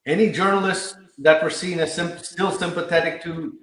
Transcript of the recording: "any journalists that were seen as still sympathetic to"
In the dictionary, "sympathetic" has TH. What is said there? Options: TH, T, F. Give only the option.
TH